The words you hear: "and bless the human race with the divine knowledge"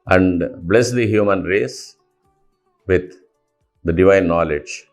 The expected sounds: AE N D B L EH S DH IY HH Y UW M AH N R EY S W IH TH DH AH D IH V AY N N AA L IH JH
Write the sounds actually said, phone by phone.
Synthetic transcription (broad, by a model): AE N D B L EH S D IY HH Y UW M AH N R EY S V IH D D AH D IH V AY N N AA L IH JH